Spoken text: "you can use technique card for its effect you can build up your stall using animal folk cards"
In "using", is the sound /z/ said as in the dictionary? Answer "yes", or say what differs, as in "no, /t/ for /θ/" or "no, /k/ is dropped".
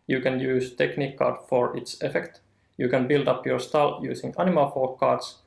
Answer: no, /s/ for /z/